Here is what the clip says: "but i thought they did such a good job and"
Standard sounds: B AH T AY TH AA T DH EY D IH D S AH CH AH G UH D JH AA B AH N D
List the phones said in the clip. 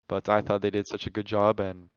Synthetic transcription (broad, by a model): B AH T AY TH AA T DH EY D IH D S AH CH AH G UH D JH AA B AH N